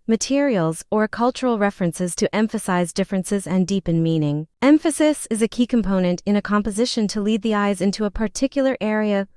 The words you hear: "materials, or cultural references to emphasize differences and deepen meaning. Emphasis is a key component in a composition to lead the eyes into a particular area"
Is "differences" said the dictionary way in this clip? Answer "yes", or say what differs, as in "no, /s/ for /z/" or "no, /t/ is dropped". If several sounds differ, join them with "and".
yes